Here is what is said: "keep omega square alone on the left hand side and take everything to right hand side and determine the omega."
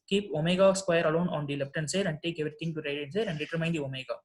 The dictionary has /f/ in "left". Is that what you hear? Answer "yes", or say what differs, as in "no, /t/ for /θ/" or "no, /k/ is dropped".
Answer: no, /p/ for /f/